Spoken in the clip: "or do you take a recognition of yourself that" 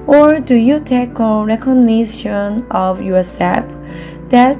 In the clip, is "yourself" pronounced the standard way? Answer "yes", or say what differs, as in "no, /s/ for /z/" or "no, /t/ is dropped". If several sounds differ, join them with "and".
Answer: no, /l/ is dropped